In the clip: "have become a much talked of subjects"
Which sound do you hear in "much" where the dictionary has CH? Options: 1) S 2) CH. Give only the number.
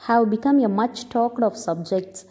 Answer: 2